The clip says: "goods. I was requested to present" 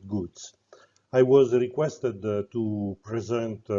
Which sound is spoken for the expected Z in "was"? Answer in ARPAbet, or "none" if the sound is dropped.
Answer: Z